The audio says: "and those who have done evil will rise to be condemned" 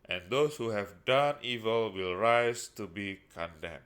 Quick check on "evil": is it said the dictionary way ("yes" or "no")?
yes